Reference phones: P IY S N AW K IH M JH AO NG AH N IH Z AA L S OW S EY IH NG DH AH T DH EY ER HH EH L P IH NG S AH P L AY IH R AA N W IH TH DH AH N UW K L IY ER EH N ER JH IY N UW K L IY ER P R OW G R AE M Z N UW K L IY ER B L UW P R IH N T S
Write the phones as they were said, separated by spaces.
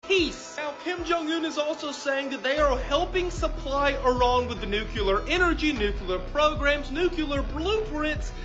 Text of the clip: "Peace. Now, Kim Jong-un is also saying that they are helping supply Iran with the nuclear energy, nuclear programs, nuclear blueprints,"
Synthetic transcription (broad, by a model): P IY S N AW K IH M JH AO NG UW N IH Z AA L S OW S EY IH NG DH AH T DH EY ER HH EH L P IH NG S AH P L AY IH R AA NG W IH DH AH N UW K L ER EH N ER JH IY N UW K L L ER P R OW G R AE M Z N UW K L ER B L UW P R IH N T S